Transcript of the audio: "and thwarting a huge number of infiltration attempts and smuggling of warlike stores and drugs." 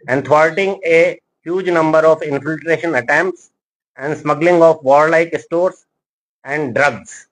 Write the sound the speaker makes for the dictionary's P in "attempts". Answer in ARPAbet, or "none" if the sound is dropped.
P